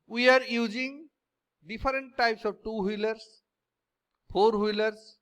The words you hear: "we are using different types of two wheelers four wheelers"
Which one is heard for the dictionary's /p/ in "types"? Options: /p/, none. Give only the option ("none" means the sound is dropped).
/p/